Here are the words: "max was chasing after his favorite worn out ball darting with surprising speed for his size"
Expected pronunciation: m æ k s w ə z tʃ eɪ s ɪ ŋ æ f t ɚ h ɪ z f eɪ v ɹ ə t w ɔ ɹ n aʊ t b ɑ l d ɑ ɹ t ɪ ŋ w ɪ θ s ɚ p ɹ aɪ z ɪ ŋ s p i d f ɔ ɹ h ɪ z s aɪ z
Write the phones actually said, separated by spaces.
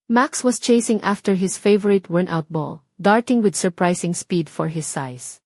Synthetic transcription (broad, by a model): m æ k s w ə s tʃ eɪ s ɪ ŋ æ f t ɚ h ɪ s f eɪ v ɹ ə t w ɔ ɹ n aʊ t b ɑ l d ɑ ɹ t ɪ ŋ w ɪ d s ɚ p ɹ aɪ s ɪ ŋ s p i d f ɔ ɹ h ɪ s aɪ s